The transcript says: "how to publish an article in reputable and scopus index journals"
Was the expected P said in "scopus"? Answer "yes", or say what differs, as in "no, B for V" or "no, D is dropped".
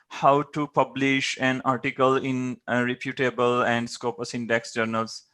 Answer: yes